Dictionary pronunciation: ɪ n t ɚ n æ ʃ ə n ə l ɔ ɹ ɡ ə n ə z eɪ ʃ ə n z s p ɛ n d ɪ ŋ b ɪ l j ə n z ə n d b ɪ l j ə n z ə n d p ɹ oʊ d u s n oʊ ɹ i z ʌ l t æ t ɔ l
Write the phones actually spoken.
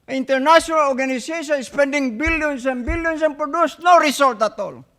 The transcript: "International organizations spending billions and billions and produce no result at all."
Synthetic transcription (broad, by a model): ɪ n t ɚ n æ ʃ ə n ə l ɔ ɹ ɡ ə n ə s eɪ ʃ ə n s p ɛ n d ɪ ŋ b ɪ l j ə n s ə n b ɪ l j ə n s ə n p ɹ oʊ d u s n oʊ ɹ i s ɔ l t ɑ t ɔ l